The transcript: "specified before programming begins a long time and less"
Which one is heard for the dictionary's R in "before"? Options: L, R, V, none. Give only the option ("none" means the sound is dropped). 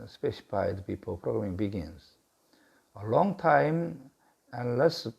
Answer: L